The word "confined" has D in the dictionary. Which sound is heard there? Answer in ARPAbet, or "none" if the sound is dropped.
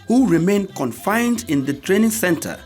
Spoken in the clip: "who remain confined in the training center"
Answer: D